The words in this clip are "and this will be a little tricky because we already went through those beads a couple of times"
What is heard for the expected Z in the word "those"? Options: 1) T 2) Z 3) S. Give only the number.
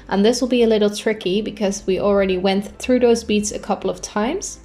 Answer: 2